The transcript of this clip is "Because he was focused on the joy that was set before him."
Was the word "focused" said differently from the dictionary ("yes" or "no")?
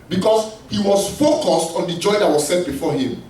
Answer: no